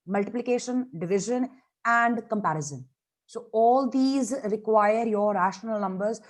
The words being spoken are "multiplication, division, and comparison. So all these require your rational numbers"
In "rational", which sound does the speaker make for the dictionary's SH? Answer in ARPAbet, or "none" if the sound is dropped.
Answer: SH